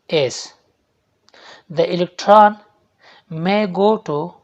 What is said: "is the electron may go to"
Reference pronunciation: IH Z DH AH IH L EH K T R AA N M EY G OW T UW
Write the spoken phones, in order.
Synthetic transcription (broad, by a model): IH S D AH IH L EH K T R AA N M EY G OW T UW